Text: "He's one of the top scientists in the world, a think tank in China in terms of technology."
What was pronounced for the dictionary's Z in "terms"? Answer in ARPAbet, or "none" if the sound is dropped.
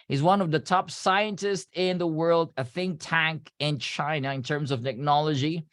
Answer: Z